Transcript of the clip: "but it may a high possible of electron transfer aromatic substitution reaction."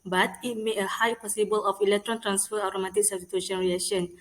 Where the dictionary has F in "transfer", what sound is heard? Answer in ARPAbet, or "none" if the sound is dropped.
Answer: F